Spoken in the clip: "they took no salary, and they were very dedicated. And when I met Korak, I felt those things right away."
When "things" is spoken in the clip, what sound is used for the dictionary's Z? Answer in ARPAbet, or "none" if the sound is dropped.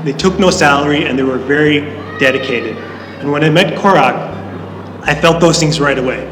Z